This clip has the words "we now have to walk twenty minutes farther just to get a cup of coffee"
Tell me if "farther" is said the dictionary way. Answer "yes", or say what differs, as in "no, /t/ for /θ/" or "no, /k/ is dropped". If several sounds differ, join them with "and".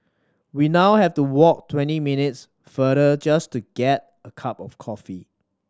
no, /ð/ is dropped